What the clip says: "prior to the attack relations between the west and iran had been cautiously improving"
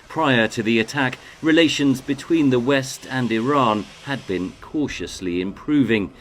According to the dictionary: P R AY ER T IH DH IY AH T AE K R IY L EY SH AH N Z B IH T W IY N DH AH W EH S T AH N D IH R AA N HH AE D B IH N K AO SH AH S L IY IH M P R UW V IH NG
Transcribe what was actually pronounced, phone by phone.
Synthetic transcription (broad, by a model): P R AY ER T IH DH IY AH T AE K R IY L EY SH AH N Z B IH T W IY N DH AH W EH S T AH N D IH R AA N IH D B IH N K AO SH AH S L IY IH M P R UW V IH NG